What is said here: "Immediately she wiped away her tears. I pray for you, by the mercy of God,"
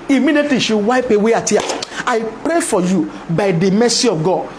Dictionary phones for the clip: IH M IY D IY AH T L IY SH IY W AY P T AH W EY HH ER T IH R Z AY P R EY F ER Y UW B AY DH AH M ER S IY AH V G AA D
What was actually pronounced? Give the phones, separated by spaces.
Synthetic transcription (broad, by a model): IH M IY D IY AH T L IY SH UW W AY P AH W EY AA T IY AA AY P R EY F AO Y UW B AY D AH M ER S IY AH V G AA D